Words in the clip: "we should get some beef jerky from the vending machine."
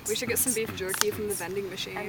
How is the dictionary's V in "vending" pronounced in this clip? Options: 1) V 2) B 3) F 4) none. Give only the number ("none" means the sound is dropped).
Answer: 2